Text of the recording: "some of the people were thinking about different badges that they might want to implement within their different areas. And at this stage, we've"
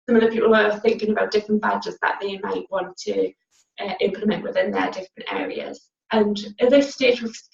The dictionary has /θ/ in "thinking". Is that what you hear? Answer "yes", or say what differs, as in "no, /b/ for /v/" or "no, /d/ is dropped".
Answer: yes